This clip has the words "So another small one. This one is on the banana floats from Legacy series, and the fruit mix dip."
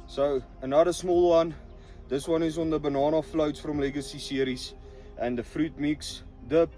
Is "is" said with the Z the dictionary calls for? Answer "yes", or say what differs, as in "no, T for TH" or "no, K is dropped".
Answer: no, S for Z